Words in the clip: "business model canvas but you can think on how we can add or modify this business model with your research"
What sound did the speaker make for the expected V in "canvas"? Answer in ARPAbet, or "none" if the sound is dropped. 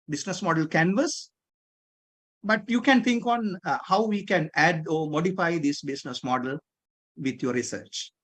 V